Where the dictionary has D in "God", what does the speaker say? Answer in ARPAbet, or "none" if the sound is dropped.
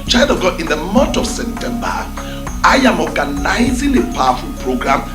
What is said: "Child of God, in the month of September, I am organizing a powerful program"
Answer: none